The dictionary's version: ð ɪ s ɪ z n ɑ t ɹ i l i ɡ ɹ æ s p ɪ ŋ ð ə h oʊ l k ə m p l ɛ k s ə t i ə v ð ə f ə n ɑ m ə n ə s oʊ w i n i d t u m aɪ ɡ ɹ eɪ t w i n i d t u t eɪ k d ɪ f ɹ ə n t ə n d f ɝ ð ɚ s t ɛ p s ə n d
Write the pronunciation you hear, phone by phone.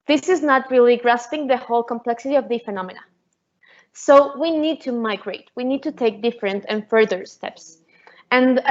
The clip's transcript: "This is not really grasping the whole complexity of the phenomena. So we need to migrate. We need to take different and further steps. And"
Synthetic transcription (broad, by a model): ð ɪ s ɪ z n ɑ t ɹ i l i ɡ ɹ æ s p ɪ ŋ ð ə h oʊ l k ə m p l ɛ k s ə t i ə v ð ə f ə n ɑ m ə n ə s oʊ w i n i d t u m aɪ ɡ ɹ eɪ t w i n i d t u t eɪ k d ɪ f ɹ ə n t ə n f ɝ ð ɚ s t ɛ p s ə n